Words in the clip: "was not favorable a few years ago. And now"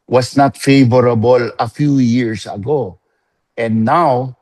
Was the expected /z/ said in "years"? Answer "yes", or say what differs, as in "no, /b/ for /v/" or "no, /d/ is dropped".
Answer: no, /s/ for /z/